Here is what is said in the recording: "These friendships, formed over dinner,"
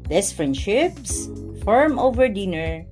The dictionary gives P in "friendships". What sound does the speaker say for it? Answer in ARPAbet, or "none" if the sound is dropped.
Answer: P